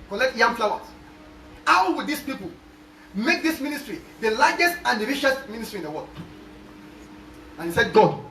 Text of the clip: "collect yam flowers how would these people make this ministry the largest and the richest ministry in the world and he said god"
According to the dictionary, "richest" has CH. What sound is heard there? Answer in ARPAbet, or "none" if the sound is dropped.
SH